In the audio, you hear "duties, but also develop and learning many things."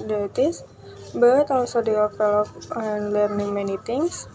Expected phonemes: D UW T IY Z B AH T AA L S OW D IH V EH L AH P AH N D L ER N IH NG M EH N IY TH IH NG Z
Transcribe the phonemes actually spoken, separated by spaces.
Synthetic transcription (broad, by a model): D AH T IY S B AH T AA L S OW D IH F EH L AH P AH N L ER N IH NG M EH N IY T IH NG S